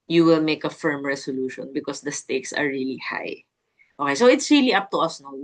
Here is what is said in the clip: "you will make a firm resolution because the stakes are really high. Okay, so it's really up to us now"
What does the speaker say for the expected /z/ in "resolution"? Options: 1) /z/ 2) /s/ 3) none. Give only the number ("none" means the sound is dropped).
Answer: 2